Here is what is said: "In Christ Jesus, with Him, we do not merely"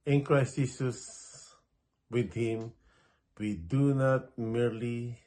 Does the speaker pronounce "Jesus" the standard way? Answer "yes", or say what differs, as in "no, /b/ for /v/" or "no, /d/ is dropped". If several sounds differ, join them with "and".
no, /s/ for /z/